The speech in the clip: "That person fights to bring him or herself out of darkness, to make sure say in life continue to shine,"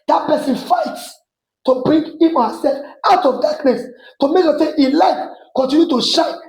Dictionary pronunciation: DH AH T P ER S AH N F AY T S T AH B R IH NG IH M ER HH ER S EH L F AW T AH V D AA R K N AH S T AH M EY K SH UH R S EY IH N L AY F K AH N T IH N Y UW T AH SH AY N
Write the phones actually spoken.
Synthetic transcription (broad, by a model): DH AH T P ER S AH N F AY T S T AH B R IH NG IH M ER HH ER S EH L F AW T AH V D AA K N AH S T AH M EY K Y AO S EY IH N L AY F K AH N T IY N Y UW T AH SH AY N